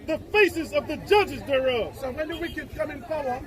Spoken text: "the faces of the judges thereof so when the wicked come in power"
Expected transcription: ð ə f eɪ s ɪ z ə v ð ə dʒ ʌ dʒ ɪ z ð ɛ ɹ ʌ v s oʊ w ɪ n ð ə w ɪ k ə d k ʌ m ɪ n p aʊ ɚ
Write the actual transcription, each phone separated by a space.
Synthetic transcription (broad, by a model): ð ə f eɪ s ɪ z ə v ð ə dʒ ʌ dʒ ɪ z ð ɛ ɹ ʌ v s oʊ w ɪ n ð ə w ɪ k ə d k ʌ m ɪ n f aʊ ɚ